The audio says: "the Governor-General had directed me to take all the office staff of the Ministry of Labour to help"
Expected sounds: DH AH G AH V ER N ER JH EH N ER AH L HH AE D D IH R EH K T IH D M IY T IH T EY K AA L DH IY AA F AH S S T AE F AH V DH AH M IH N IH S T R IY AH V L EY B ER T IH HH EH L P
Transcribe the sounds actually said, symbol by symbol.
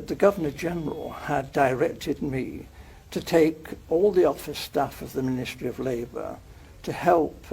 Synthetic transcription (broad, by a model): DH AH G AH V ER N ER JH EH N ER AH L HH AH D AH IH R EH K T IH D M IY T IH T EY K AA L DH IY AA F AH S S T AE F AH V DH AH M IH N IH S T R IY AH V L EY B ER T IH HH EH L P